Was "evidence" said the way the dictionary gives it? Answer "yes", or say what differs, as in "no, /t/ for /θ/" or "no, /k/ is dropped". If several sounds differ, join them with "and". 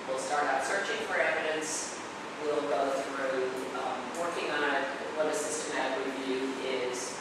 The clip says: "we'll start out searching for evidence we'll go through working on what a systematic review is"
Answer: yes